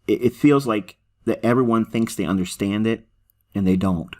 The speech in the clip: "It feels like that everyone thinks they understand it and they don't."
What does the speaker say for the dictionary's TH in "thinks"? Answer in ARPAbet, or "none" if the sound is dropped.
TH